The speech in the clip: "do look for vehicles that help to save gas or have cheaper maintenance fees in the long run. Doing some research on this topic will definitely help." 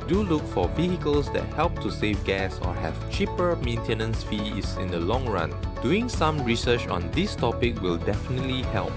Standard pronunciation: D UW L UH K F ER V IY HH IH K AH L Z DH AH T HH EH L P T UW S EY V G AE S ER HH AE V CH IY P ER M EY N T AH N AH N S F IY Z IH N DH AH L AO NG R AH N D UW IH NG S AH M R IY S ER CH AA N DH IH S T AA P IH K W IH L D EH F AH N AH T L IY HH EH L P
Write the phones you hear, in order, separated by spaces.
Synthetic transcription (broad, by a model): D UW L UH K F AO V IY HH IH K AH L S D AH T HH EH L P T UW S EY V G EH S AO HH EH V CH IY P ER M EY N T AH N AH N S F IY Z IH N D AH L AO NG R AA N D UW IH NG S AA M R IY S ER CH AA N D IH S T AA P IH K W IH L D EH F AH N AH T L IY HH EH L P